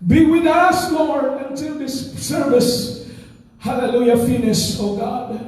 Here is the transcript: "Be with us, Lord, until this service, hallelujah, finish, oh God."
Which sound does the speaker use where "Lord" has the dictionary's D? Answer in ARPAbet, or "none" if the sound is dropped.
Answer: none